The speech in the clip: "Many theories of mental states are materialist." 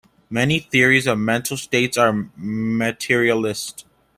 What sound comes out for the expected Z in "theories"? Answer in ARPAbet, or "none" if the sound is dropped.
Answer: Z